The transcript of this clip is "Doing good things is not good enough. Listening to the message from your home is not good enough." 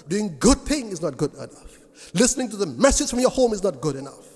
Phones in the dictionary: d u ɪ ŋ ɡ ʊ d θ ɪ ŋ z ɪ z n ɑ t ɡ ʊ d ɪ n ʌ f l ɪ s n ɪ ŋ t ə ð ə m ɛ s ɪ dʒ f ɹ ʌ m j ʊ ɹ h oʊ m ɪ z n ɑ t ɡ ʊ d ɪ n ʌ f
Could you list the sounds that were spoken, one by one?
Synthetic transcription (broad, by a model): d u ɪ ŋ ɡ ʊ d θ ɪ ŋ ɪ z n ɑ t ɡ ʊ d ɪ n ʌ f l ɪ s n ɪ ŋ t ə ð ə m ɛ s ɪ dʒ f ɹ ʌ m j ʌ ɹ h oʊ m ɪ z n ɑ t ɡ ʊ d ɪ n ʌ f